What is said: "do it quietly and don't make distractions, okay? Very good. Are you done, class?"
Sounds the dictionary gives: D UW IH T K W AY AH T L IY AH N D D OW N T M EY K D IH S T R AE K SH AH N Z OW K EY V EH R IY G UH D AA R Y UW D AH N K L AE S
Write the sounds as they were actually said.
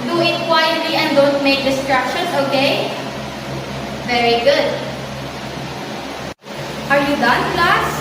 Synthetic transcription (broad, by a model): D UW IH T K W AY AH T L IY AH N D D OW N T M EY K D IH S T R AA K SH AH N S OW K EY V EH R IY G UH D AA R Y UW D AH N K L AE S